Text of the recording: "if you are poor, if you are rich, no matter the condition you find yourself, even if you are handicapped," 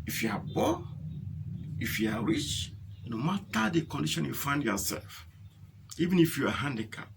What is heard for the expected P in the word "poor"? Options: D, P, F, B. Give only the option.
B